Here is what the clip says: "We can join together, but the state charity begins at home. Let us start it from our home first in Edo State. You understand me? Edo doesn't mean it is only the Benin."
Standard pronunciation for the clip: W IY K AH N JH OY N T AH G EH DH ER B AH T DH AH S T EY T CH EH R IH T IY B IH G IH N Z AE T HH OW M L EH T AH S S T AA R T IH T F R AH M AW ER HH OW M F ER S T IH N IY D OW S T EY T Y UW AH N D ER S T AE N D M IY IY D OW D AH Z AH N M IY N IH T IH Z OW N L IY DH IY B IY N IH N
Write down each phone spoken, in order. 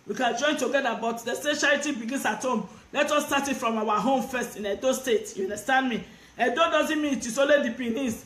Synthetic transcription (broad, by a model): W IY K AH N JH OY N T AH G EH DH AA B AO T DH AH S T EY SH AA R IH T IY B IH G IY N S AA T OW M L EH T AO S S T AA T IH T F R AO M AW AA HH OW M F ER S T IH N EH D OW S T EY T Y UW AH N D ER S T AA N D M IY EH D OW D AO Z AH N M IY N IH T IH S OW L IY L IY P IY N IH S